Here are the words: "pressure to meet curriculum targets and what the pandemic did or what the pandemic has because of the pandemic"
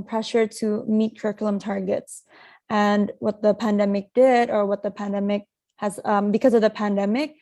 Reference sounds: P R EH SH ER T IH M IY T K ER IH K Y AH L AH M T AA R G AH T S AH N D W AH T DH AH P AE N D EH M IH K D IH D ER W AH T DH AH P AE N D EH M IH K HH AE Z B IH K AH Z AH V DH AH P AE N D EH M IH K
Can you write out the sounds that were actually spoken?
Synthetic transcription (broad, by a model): P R EH SH ER T IH M IY T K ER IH K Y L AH M T AA R G AH T S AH N W AH T DH AH P AE N D EH M IH K D IH D ER W AH T DH AH P AE N D EH M IH K HH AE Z B IH K AH Z AH V DH AH P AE N D EH M IH K